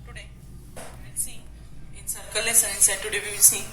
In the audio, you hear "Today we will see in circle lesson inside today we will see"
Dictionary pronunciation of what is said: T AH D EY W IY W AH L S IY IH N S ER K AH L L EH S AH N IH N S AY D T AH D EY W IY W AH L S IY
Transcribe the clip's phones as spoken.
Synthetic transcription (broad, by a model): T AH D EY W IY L S IY IH N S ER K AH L L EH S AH IH N S AY D T AH D EY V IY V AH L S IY